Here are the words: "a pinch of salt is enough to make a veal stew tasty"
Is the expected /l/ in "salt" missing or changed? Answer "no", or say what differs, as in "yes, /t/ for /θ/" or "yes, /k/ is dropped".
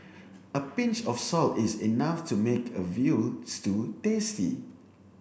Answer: no